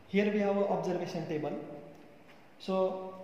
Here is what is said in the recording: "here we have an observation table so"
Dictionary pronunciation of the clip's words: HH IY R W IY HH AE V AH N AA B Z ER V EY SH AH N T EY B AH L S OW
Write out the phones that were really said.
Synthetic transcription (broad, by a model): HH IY R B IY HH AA W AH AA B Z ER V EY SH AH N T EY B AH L S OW